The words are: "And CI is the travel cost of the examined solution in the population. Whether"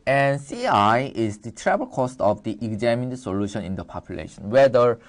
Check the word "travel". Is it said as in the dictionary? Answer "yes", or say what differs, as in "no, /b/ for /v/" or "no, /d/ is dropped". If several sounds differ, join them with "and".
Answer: no, /b/ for /v/